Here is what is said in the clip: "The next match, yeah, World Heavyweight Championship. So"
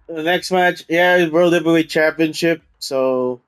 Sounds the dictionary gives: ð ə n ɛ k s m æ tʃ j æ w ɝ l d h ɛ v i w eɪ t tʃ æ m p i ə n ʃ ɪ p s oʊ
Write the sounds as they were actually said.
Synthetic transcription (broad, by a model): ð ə n ɛ k s m æ tʃ j æ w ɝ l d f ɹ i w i tʃ æ m p i ə n ʃ ɪ p s oʊ